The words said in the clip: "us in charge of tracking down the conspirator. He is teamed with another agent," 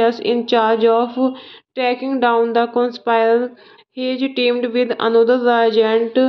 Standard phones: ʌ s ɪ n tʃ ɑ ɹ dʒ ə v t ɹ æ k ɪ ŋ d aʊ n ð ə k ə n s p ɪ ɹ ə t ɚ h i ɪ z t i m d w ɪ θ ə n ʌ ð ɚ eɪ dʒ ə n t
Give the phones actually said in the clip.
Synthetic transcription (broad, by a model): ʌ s ɪ n tʃ ɑ ɹ dʒ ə f t ɛ k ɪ ŋ d aʊ n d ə k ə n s p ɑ ə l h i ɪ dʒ t i m d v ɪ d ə n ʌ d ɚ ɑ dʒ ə n t